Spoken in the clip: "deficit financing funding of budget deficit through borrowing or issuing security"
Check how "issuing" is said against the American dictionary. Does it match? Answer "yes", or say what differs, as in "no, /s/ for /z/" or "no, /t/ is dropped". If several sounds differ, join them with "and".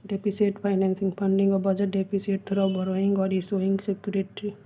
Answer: no, /s/ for /ʃ/